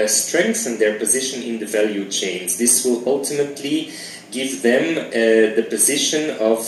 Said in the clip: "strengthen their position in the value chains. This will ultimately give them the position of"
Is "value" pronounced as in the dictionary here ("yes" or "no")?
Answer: yes